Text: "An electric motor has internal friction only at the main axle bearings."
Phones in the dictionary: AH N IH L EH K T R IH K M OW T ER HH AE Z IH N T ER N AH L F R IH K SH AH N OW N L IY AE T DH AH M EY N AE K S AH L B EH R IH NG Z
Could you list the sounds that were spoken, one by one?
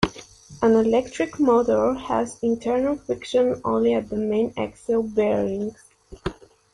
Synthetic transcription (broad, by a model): AH N IH L EH K T R IH K M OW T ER HH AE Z IH N T ER N AH L F IH K SH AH N OW N L IY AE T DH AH M EY N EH K S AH L B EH R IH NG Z